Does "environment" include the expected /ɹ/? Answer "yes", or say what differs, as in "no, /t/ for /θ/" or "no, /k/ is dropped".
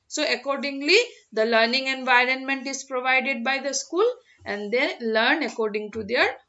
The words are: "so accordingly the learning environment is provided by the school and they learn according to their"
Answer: yes